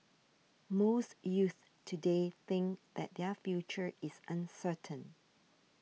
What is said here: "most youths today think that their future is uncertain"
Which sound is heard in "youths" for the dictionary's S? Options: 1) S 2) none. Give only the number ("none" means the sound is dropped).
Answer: 2